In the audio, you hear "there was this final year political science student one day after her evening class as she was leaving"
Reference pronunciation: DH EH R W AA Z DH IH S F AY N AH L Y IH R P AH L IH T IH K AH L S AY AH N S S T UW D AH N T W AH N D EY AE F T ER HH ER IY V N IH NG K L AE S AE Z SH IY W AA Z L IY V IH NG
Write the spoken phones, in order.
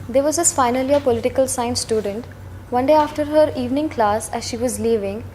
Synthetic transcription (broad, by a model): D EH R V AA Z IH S F AY N AH L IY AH P AH L IH T IH K AH L S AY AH N S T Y UW D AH N T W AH N D EY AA F T ER HH ER IY V N IH NG K L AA S AE Z SH IY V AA Z L IY V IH NG